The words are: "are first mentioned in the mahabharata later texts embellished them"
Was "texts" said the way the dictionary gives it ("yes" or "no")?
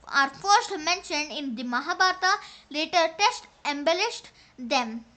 no